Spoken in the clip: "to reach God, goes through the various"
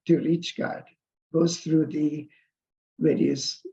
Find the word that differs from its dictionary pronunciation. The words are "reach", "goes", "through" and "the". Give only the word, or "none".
goes